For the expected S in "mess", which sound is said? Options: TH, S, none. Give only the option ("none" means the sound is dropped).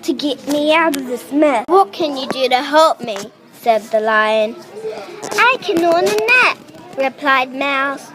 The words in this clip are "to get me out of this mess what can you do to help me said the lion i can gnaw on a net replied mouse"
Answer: none